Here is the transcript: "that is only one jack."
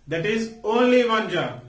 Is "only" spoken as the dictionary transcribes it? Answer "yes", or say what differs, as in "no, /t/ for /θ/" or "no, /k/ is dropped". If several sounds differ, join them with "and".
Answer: yes